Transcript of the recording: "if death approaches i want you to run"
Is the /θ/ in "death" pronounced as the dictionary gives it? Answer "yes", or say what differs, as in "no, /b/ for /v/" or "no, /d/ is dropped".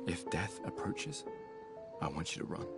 yes